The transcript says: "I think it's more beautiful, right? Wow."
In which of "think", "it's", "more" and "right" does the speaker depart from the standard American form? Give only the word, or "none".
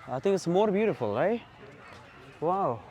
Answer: none